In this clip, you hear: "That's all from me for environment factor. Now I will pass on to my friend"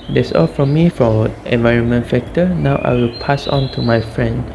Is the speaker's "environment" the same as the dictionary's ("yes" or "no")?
yes